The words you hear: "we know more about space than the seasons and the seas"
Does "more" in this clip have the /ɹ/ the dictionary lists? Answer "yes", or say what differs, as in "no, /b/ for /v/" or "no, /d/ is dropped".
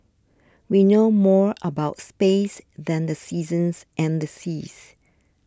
yes